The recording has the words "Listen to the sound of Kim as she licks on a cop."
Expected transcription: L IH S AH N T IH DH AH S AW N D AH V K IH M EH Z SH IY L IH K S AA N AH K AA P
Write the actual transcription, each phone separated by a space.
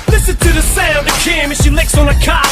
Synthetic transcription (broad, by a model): L IH S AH N T IH DH AH S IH L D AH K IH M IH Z SH IY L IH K S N AH K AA